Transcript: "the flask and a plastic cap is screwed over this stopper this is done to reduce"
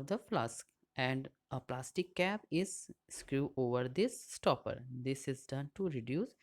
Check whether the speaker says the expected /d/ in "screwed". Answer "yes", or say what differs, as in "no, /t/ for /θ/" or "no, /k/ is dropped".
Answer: no, /d/ is dropped